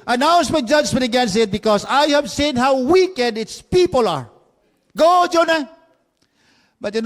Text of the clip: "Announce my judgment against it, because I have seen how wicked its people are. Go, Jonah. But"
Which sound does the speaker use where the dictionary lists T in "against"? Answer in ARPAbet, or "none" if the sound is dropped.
none